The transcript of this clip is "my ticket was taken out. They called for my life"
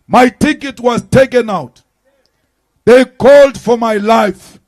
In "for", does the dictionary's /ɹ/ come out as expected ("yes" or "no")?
yes